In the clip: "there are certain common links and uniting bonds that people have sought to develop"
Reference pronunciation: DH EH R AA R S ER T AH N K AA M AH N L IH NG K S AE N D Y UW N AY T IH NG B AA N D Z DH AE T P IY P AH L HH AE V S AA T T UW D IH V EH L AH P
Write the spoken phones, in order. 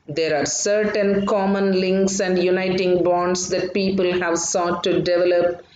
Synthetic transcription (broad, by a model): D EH R AA R S ER T AH N K AA M AH N L IH NG K S AE N D Y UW N AY T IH NG B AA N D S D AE T P IY P AH L HH AE V S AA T T UW D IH V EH L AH P